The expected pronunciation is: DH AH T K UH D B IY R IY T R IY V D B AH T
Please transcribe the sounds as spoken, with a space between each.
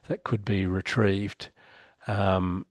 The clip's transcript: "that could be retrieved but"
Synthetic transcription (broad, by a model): DH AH T K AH D B IY R IY T R IY V D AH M